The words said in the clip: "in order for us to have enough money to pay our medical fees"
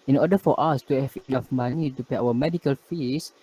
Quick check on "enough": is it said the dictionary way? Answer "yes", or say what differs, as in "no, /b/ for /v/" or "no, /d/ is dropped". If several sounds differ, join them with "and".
no, /l/ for /n/